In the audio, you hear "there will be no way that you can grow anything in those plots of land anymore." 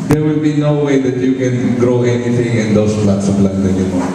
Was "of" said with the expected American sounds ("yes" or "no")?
no